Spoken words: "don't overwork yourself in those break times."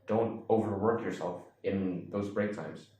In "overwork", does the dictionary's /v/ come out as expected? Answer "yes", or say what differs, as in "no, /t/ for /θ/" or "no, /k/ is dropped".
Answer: yes